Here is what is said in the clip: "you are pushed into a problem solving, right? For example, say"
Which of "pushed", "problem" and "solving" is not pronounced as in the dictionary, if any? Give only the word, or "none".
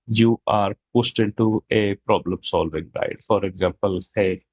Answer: pushed